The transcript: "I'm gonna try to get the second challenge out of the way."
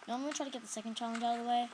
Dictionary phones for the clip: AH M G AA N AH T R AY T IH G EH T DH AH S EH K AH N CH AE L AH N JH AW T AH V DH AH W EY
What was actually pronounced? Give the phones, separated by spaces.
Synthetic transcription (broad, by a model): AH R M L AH T R AY T IH G EH T DH AH S EH K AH N CH AE L AH N JH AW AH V DH AH W EY